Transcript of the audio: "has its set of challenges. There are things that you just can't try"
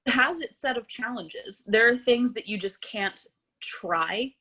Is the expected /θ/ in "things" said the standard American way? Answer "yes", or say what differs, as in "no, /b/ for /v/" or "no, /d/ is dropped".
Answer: yes